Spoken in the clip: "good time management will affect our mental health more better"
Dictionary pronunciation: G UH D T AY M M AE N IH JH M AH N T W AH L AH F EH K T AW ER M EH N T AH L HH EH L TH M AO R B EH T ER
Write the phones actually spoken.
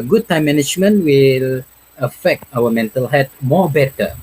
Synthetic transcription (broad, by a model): G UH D T AY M M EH N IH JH M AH N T W AH L AH F EH K T AW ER M EH N T AH L HH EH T M AO B EH T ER